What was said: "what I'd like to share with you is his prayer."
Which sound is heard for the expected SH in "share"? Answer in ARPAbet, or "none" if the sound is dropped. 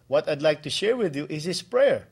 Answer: SH